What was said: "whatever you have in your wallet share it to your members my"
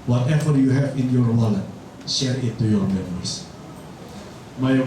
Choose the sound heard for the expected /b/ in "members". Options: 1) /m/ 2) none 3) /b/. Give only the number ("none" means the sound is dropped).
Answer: 2